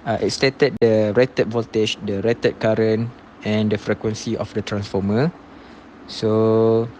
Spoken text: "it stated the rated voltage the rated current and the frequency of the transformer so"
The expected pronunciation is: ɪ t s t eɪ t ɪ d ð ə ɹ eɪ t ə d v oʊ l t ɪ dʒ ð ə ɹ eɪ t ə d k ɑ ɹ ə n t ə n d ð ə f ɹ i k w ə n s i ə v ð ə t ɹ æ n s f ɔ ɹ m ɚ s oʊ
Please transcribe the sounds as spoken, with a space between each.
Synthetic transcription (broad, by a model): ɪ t s t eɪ t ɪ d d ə ɹ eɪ t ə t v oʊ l t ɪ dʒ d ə ɹ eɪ t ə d k ɑ ɹ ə n ə n d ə f ɹ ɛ k w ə n s i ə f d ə t ɹ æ n s f ɔ m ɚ s oʊ